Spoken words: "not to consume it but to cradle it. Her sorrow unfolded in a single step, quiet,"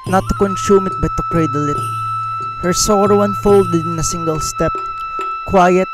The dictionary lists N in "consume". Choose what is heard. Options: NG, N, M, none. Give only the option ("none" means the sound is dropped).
N